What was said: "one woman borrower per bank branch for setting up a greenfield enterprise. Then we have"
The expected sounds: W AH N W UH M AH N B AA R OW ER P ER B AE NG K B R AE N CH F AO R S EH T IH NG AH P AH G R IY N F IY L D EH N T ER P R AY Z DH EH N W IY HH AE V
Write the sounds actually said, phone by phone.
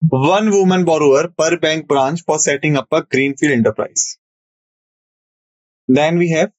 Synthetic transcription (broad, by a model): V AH N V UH M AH N B AA R OW ER P ER B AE NG K B R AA N CH F AO R S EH T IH NG AH P AH G R IY N F IY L D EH N T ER P R AY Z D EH N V IY HH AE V